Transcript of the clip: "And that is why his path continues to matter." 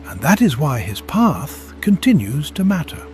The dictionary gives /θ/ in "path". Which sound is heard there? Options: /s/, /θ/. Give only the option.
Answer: /θ/